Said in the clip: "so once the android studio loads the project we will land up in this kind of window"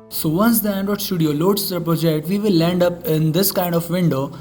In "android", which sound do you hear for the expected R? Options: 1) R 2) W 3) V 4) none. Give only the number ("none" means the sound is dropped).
4